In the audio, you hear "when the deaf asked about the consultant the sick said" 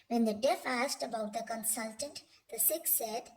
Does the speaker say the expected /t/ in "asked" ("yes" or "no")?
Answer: yes